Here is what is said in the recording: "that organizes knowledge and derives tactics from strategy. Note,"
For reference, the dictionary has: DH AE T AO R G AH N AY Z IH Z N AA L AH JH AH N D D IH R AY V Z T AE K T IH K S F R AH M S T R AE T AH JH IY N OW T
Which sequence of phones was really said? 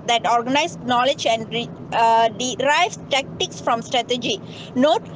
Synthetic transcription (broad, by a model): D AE T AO R G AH N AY IH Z N AA L AH JH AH N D D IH R AY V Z T AE K T IH K S F R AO M S T R AE T AH JH IY N OW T